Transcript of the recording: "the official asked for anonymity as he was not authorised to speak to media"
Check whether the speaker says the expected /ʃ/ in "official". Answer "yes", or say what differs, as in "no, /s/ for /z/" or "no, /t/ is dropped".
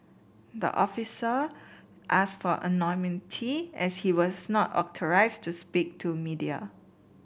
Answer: no, /s/ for /ʃ/